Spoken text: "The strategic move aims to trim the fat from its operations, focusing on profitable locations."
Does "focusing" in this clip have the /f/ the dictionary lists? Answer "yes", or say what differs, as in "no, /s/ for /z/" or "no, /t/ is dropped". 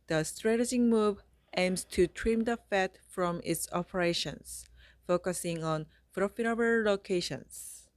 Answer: yes